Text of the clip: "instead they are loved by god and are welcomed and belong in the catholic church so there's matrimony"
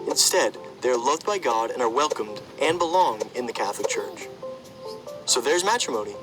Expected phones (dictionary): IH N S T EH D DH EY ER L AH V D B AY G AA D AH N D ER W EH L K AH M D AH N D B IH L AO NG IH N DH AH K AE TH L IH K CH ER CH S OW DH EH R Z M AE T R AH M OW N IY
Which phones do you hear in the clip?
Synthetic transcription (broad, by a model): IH N S T EH D DH EY ER L AH V D B AY G AA D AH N ER W EH L K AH M D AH N B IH L AO NG IH N DH AH K AE TH L IH K CH ER CH S OW DH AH R Z M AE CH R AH M OW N IY